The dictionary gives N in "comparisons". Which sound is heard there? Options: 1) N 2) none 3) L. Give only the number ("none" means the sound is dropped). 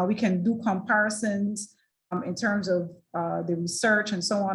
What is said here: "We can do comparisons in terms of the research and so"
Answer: 1